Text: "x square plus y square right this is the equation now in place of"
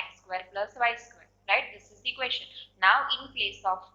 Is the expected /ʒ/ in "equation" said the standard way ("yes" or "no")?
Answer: no